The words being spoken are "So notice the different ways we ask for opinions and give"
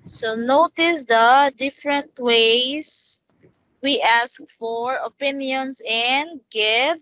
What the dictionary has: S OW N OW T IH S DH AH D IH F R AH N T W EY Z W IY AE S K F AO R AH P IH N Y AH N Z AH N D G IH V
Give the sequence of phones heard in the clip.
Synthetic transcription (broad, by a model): S OW N OW T IH S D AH D IH F R AH N T W EY S W IY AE S K F AO R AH P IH N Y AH N S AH N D G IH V